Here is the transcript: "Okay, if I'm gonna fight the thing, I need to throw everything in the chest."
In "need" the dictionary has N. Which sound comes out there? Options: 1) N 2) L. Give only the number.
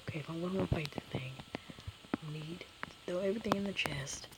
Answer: 1